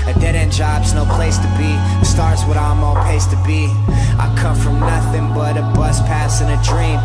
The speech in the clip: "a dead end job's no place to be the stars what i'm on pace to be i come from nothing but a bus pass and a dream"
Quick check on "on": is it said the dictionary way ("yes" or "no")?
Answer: no